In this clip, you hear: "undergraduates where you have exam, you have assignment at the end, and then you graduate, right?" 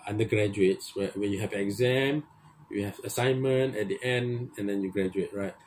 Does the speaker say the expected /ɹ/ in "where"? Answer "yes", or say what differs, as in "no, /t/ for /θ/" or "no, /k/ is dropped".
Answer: no, /w/ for /ɹ/